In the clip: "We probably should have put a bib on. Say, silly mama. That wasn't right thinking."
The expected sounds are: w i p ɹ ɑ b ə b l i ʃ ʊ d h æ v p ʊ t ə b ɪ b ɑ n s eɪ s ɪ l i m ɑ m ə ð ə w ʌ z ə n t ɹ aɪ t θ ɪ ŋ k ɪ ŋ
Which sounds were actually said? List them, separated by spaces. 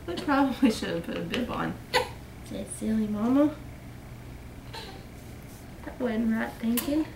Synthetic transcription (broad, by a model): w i p ɹ ɑ b ə b l i ʃ ʊ d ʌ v p ʊ t ə b ɪ b ɑ n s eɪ s ɪ l i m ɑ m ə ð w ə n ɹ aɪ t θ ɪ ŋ k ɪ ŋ